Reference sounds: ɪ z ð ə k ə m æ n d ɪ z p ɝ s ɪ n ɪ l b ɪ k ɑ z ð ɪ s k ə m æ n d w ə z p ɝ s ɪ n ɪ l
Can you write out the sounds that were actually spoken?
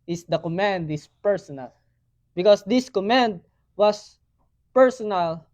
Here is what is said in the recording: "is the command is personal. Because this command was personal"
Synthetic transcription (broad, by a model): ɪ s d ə k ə m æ n d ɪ s p ɝ s ɪ n ɪ l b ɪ k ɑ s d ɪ s k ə m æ n d w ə s p ɝ s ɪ n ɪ l